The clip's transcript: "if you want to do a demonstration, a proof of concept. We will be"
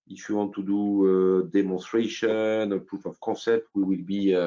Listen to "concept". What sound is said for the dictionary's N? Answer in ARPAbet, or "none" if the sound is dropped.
none